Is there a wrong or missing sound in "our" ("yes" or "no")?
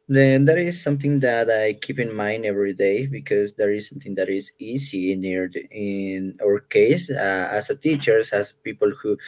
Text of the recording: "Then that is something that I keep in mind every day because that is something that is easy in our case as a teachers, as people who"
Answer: no